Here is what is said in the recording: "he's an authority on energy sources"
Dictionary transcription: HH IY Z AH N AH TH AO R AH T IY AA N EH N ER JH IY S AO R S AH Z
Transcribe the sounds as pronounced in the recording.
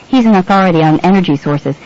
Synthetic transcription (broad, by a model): HH IY Z AH N AH TH AO R AH T IY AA N EH N ER JH IY S AO R S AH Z